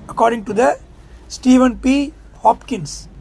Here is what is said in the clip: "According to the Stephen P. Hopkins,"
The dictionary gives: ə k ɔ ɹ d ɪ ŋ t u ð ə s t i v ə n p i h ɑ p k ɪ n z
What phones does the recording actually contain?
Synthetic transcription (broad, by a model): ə k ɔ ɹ d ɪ ŋ t u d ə s t i v ə n p i h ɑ p k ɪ n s